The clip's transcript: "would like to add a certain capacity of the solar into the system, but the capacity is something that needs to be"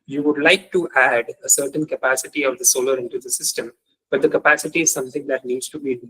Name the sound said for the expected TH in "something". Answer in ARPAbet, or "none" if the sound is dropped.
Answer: T